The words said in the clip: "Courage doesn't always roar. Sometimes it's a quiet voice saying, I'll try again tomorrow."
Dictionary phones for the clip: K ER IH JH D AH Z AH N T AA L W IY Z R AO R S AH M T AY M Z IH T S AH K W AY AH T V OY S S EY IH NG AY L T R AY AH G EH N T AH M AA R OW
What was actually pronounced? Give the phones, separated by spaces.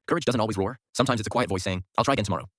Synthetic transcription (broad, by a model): K ER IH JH D AH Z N T AA L W IY Z R AO R S AH M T AY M IH T S AH K W AY AH T V OY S S EY IH NG AY L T R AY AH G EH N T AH M AA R OW